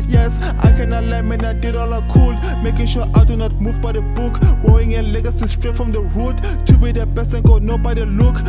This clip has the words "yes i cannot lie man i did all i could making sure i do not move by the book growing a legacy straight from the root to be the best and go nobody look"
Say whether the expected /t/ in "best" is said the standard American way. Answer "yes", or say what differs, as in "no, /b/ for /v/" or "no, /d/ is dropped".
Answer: no, /t/ is dropped